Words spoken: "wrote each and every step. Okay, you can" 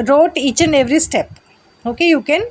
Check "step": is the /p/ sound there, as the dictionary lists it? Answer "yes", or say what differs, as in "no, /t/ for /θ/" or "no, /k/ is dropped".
yes